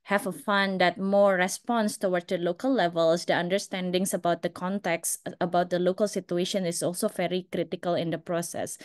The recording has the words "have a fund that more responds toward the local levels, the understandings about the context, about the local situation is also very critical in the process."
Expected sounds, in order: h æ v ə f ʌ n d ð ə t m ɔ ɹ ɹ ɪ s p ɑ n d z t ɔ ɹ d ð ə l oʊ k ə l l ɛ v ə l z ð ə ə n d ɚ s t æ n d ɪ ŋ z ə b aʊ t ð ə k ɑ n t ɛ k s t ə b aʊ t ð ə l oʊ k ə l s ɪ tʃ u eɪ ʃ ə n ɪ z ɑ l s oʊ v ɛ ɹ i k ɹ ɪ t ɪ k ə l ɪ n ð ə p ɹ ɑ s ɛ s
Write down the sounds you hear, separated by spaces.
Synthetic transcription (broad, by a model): h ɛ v ə f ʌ n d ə t m ɔ ɹ ɹ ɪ s p ɑ n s t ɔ w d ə l oʊ k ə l l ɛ v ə l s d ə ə n d ɚ s t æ n d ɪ ŋ s ə b aʊ t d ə k ɑ n t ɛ k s ə b aʊ t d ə l oʊ k ə l s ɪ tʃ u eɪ ʃ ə n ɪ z ɑ l s oʊ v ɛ ɹ i k ɹ ɪ t ɪ k ə l ɪ n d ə p ɹ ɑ s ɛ s